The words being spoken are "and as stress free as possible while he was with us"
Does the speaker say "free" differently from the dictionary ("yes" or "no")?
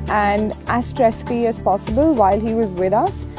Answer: yes